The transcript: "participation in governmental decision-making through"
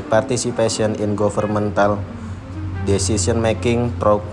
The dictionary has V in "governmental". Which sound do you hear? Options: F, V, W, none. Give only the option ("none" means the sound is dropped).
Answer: F